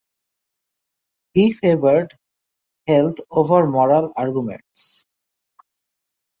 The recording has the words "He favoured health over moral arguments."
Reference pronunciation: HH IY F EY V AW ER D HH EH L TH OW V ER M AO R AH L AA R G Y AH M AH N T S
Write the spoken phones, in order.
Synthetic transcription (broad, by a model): HH IY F EY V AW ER D HH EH L T OW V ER M AO R AH L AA R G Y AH M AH N T S